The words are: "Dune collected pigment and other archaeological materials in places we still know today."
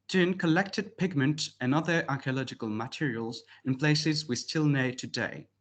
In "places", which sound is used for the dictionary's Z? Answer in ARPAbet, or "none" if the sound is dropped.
Z